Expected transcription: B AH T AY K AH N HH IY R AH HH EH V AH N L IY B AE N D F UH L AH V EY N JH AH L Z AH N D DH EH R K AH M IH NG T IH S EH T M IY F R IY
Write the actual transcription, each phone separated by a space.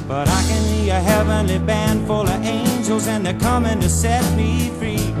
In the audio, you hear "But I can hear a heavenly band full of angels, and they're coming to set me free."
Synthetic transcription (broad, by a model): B AH T AY K AH N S IY AH HH EH V AH N L IY B AE N D F UH L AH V EY N JH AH L Z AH N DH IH K AH M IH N T IH S EH T M IY F R IY